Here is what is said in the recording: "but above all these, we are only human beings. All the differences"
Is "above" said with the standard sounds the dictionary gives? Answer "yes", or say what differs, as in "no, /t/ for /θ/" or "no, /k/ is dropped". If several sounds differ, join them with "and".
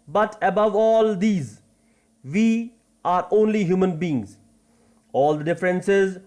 yes